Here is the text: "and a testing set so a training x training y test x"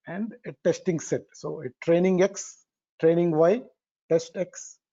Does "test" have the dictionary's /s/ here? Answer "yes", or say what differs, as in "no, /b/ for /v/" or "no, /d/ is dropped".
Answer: yes